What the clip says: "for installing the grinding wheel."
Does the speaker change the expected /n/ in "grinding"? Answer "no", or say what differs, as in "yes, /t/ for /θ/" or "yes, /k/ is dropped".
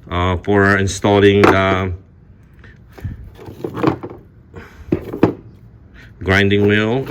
no